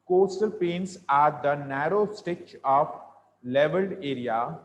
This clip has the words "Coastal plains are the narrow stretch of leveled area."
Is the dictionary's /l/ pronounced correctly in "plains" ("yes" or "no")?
no